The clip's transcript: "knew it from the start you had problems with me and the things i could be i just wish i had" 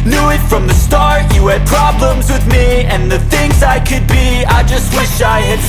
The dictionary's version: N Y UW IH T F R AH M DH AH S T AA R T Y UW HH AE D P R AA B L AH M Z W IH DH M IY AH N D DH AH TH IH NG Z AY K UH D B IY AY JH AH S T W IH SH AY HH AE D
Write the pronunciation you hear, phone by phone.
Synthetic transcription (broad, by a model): N Y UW IH T F R AH M DH AH S T AA R T Y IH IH D P R AA B L AH M Z W IH DH M IY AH N DH AH TH IH NG Z AY K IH D B IY AY JH AH S T W IH SH AY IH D